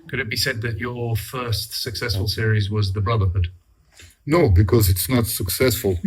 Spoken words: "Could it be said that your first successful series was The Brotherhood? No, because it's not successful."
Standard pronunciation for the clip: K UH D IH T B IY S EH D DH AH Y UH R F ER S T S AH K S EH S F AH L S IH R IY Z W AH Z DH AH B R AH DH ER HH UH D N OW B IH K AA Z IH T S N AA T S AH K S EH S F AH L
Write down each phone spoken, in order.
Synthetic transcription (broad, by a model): K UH D IH T B IY S EH D DH AH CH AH R F ER S T S AH K S EH S F AH L S IH R IY Z W AH Z DH AH B R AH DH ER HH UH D N OW B IH K AA Z IH T S N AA T S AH K S EH S F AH L